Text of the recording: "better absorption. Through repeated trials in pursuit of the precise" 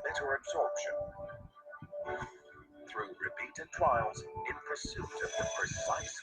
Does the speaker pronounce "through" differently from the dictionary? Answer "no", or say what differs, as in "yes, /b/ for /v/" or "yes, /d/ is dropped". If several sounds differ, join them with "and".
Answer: no